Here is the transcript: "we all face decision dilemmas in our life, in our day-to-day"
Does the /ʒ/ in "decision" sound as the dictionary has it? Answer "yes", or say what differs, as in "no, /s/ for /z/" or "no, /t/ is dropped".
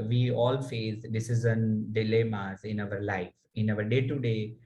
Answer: no, /z/ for /ʒ/